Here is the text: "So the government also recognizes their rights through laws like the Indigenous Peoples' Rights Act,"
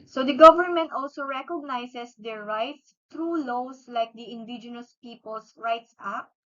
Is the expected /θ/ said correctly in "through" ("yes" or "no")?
no